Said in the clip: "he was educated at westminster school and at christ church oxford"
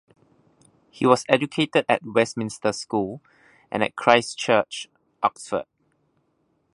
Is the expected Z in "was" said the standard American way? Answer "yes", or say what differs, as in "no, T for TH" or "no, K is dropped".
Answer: no, S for Z